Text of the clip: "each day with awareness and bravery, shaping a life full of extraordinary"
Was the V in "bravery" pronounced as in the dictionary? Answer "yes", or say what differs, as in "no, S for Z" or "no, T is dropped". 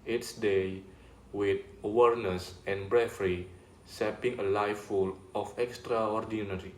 no, F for V